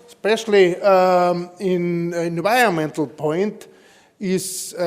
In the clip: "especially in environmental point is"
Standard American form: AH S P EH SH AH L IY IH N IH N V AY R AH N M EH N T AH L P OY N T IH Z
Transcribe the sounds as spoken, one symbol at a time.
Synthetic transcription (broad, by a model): S P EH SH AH L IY IH N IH N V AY AH M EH N T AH L P OY N T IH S